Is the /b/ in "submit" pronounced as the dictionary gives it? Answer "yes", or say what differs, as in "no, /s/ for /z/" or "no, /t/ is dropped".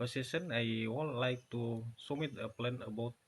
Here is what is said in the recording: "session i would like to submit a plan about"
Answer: no, /b/ is dropped